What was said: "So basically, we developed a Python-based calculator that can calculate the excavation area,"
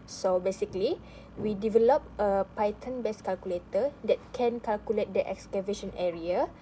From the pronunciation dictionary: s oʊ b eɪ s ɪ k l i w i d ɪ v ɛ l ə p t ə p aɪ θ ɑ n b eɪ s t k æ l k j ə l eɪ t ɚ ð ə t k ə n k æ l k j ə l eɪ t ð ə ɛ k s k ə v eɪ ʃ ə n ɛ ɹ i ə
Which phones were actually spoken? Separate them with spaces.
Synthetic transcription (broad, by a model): s oʊ b eɪ s ɪ k l i w i d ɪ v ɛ l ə p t ə p aɪ t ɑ n b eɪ s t k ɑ l k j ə l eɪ t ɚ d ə t k ə n k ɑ l k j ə l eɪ t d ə ɛ k s k ə v eɪ ʃ ə n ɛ ɹ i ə